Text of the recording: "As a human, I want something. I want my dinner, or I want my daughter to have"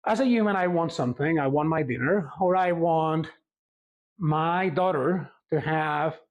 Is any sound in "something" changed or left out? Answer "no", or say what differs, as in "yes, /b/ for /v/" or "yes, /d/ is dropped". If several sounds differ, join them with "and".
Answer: no